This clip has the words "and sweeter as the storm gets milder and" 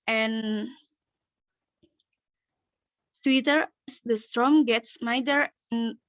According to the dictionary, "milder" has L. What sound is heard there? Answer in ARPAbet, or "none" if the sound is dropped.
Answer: none